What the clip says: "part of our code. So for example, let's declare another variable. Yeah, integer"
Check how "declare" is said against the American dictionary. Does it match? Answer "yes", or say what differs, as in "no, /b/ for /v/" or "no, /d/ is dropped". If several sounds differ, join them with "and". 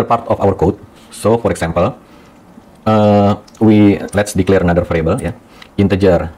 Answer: yes